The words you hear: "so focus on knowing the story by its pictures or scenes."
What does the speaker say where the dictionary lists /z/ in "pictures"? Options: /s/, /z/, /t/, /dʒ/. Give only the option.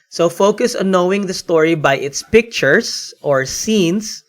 /s/